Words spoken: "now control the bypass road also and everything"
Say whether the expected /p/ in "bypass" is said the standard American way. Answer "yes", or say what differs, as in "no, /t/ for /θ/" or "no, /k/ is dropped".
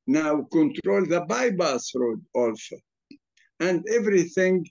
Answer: no, /b/ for /p/